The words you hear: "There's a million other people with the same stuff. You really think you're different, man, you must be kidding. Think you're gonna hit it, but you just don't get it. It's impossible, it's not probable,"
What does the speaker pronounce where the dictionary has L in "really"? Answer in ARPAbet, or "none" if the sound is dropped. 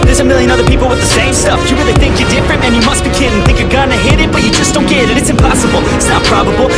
none